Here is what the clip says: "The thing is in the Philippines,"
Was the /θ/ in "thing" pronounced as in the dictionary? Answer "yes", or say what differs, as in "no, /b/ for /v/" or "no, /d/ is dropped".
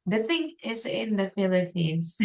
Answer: yes